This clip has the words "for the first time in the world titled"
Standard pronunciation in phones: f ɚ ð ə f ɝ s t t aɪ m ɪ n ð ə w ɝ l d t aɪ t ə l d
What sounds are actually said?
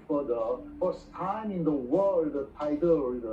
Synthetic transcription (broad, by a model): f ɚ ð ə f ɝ s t t aɪ m ɪ n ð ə w ɝ l d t aɪ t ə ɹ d